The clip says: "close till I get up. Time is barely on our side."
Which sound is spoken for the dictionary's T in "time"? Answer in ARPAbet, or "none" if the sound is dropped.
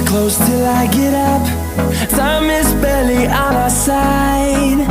S